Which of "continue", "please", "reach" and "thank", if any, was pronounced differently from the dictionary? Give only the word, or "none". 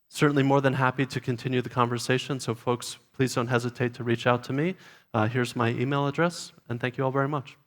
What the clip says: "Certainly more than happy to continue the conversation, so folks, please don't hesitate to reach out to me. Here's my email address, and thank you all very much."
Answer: none